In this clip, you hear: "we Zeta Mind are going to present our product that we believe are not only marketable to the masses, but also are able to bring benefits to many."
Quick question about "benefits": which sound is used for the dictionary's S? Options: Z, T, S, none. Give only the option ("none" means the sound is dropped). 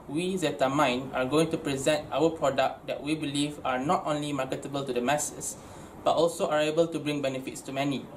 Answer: S